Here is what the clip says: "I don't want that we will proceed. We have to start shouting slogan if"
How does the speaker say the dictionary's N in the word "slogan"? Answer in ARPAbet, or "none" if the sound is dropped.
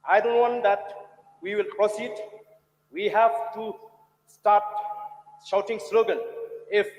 L